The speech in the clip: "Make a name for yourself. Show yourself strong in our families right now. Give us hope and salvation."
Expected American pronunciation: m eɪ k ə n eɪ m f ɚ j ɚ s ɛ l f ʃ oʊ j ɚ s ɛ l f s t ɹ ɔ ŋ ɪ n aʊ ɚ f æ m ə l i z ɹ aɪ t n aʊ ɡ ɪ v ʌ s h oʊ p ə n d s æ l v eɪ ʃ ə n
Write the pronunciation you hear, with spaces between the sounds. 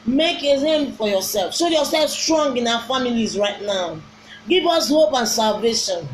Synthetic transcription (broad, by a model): m eɪ k ə l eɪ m f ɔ j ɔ s ɛ l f s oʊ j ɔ s ɛ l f s t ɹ ɔ ŋ ɪ n aʊ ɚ f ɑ m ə l i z ɹ aɪ t n aʊ ɡ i v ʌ s h oʊ p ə n s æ l v eɪ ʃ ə n